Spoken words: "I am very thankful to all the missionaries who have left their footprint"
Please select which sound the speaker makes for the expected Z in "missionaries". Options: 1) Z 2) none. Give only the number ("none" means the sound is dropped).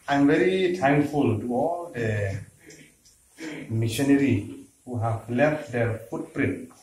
2